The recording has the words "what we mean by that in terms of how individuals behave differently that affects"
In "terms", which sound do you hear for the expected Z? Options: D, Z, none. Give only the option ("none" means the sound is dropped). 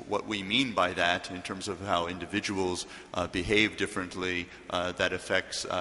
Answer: Z